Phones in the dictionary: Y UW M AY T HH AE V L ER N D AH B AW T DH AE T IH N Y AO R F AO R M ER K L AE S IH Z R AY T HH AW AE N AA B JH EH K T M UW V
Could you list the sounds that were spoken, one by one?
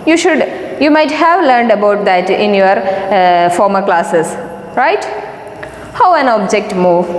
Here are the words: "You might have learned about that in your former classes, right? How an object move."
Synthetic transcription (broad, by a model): Y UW M AY T HH AE V L ER N D AH B AW T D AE T IH N Y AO R F AO R M ER K L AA S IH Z R AY T HH AW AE N AA B JH EH K T M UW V